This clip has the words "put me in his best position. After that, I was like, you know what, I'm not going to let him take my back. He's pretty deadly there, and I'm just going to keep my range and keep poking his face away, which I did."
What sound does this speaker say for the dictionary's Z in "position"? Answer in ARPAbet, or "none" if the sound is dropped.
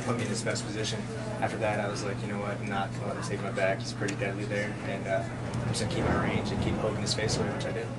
Z